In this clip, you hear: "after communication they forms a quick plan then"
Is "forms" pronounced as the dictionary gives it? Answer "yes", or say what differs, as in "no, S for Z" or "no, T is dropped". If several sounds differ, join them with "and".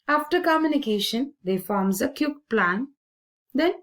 yes